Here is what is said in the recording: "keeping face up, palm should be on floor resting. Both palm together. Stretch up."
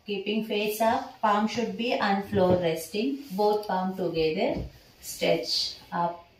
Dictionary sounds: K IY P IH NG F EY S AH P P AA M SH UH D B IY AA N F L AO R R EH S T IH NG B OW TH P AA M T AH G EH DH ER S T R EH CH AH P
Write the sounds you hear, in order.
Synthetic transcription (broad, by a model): K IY P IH NG F EY S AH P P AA M SH UH D B IY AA N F L AO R R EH S T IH NG B OW T P AA M T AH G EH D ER S T EH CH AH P